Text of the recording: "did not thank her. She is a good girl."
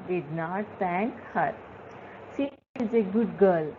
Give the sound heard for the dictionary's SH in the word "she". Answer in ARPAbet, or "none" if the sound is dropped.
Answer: S